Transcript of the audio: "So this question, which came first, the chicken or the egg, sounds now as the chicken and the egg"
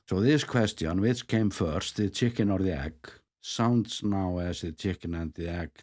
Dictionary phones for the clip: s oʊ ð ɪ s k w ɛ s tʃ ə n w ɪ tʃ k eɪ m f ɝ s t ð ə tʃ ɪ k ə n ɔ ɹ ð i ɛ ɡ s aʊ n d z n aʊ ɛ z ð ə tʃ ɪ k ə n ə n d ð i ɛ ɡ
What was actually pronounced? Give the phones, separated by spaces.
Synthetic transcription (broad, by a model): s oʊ ð ɪ s k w ɛ s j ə n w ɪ s k eɪ m f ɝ s t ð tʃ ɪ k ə n ɔ ɹ ð i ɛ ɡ s aʊ n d s n aʊ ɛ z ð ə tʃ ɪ k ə n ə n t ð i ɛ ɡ